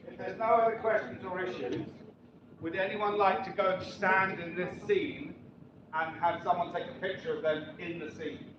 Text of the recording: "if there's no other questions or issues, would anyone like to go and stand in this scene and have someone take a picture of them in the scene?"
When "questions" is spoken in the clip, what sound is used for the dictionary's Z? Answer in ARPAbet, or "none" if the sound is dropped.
Z